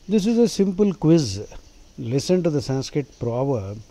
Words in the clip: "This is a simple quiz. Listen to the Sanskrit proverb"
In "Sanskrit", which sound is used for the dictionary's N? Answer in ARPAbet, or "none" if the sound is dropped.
N